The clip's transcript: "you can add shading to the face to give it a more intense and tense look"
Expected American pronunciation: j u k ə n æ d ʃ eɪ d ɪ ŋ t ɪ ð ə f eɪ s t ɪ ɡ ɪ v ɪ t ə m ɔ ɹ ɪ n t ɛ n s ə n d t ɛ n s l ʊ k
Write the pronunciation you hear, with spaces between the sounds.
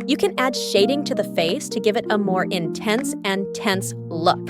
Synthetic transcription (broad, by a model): j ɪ k ə n æ d ʃ eɪ d ɪ ŋ t ɪ ð ə f eɪ s t ɪ ɡ ɪ v ɪ t ə m ɔ ɹ ɪ n t ɛ n s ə n t ɛ n s l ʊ k